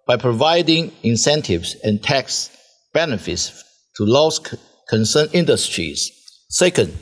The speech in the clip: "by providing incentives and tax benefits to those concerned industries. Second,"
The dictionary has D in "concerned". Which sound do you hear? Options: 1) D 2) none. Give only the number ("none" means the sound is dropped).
2